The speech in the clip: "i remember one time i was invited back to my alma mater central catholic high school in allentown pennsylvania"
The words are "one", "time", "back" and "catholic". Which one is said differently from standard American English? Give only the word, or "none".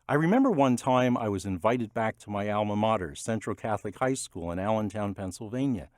none